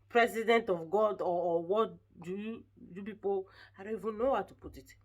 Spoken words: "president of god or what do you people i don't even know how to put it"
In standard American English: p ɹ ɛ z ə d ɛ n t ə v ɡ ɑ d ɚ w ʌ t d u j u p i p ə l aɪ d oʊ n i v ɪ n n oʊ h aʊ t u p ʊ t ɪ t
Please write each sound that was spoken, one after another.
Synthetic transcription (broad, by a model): p ɹ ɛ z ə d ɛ n t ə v ɡ ɑ d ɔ w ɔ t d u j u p i p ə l aɪ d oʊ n i v ɪ n n oʊ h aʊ t u p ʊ t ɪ t